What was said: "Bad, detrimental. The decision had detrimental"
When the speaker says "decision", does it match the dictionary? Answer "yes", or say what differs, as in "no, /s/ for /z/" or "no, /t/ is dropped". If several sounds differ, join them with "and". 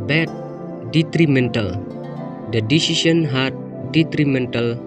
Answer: no, /s/ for /ʒ/